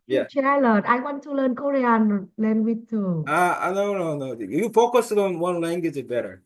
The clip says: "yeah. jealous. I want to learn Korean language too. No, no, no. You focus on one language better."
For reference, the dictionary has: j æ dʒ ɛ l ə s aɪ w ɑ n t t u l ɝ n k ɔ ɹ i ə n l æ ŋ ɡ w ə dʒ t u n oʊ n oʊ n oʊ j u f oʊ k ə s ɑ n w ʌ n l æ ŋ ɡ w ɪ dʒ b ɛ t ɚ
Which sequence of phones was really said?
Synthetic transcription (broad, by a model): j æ tʃ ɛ l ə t aɪ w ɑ n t t u l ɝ n k ɔ ɹ i ə n l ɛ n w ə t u n oʊ n oʊ n oʊ j u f oʊ k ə s ɑ n w ʌ n l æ ŋ ɡ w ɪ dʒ b ɛ t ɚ